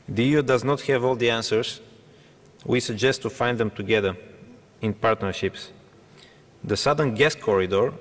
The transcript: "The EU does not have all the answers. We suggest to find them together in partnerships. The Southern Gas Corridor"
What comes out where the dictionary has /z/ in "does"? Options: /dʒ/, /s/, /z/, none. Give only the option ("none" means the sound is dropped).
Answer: /z/